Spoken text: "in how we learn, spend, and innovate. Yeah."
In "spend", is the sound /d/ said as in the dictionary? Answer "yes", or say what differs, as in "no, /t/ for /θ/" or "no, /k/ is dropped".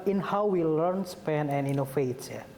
no, /d/ is dropped